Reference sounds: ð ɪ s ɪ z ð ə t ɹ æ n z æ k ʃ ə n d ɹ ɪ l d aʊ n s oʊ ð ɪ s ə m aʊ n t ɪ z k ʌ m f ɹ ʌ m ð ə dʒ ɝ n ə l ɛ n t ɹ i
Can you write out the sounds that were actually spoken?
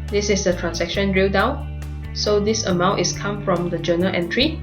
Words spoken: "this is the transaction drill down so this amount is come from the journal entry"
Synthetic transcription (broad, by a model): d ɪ s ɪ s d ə t ɹ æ n s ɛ k ʃ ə n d ɹ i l d aʊ n s oʊ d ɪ s ə m aʊ n t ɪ s k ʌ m f ɹ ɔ m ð ə dʒ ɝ n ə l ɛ n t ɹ i